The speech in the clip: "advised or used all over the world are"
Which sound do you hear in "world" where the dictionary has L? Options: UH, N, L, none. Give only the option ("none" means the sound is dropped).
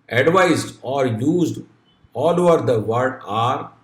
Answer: none